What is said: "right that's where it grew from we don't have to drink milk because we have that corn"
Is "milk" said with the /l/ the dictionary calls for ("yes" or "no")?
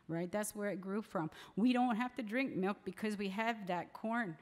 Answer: yes